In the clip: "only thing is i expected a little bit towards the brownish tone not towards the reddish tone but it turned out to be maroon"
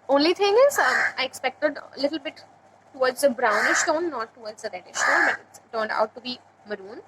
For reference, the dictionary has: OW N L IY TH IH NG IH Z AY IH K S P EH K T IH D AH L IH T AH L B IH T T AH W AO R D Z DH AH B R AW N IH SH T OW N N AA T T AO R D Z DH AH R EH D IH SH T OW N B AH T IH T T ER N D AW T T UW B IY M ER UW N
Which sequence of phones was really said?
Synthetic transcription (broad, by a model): OW N L IY T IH NG IH Z AY IH K S P EH K T IH D AH L IH T AH L B IH T T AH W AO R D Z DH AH B R AW N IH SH T OW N N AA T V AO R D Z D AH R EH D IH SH T OW N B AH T IH T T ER N D AW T T UW B IY M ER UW N